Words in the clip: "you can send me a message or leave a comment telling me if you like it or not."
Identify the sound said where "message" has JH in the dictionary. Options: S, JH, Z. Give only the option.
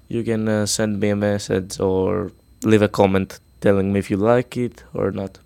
Z